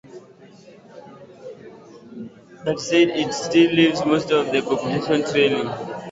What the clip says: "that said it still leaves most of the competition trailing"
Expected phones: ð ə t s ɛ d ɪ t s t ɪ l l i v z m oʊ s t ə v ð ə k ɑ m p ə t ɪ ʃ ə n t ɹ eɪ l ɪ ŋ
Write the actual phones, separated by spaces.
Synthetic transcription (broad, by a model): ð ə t s ɛ d ɪ t s t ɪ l l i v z m oʊ s t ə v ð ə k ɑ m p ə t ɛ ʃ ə n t ɹ eɪ n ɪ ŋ